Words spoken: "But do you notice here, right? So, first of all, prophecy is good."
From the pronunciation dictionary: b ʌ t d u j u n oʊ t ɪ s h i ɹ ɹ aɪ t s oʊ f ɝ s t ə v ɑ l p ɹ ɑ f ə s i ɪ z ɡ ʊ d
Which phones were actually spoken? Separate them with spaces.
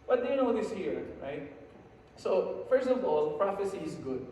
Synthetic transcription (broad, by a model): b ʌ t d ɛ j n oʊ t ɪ s h i ɹ ɹ aɪ t s oʊ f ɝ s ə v ɑ l p ɹ ɑ f ə s i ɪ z ɡ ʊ d